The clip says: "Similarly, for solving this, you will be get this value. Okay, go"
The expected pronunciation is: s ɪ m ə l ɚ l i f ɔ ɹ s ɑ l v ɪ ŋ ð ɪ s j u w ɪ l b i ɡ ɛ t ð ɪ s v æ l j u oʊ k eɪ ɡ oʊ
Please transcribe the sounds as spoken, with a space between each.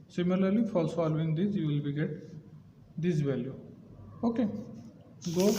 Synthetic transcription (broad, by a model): s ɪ m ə l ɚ l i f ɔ l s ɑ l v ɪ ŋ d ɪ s j u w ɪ l b i ɡ ɛ t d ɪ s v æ l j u oʊ k eɪ ɡ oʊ